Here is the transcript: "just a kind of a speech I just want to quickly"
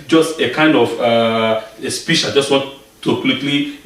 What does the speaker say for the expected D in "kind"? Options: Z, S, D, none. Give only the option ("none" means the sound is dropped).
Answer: D